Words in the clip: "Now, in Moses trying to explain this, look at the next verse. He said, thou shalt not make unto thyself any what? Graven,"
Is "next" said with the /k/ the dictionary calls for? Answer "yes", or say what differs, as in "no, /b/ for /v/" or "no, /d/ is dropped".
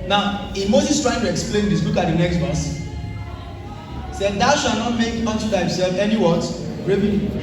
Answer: yes